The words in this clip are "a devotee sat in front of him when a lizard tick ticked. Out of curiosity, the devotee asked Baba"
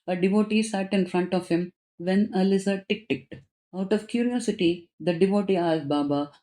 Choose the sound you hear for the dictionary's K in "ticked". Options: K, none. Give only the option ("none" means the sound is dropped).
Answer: K